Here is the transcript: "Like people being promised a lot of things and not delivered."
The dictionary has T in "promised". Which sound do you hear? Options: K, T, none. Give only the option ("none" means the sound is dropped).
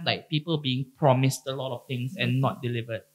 T